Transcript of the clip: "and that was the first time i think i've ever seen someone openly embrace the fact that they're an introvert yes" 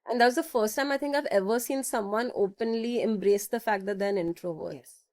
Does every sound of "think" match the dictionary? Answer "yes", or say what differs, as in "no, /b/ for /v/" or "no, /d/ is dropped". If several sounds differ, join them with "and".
no, /t/ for /θ/